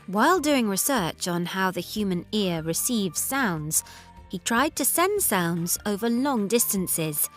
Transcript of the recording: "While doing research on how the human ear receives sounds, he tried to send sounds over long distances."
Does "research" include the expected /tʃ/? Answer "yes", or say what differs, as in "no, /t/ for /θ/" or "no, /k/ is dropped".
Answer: yes